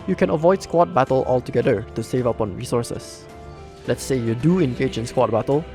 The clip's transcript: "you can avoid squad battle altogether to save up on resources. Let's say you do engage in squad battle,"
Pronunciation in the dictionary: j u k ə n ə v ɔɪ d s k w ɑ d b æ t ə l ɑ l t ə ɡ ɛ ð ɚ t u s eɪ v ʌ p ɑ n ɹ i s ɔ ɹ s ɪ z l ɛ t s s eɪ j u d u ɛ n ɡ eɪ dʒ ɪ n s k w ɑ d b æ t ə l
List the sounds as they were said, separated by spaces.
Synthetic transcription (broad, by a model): j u k ə n ə v ɔɪ d s k w ɑ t b æ t ə l ɑ l t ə ɡ ɛ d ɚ t u s eɪ v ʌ p ɑ n ɹ i s ɔ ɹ s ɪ s l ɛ t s s eɪ j u d u ɛ n ɡ eɪ dʒ ɪ n s k w ɑ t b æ t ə l